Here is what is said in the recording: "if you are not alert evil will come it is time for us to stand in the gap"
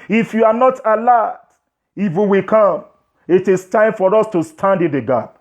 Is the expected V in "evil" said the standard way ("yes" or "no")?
no